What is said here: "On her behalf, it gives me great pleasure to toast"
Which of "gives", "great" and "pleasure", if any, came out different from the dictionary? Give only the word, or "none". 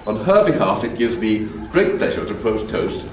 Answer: none